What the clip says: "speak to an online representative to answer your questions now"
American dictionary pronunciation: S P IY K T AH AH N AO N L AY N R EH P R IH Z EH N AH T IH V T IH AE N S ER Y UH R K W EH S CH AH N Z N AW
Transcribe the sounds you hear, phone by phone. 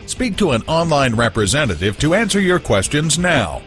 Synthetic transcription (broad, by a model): S P IY K T AH AH N AO N L AY N R EH P R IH Z EH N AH T IH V T IH AE N S ER Y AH R K W EH S CH AH N Z N AW